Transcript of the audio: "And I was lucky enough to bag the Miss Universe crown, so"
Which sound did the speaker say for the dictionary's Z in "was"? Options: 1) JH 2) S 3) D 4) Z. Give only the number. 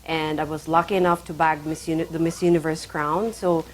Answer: 4